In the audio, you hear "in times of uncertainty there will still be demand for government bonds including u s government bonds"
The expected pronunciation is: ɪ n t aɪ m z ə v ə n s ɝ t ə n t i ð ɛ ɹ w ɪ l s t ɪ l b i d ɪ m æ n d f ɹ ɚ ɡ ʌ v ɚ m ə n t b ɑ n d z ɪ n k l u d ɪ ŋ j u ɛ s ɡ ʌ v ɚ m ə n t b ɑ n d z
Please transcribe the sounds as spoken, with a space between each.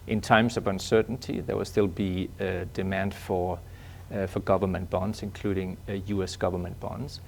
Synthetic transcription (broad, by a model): ɪ n t aɪ m z ə v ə n s ɝ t n t i ð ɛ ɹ w ɪ l s t ɪ l b i d ɪ m æ n d f ɹ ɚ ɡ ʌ v ɚ m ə n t b ɑ n d z ɪ n k l u d ɪ ŋ j u ɛ s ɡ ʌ v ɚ m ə n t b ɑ n d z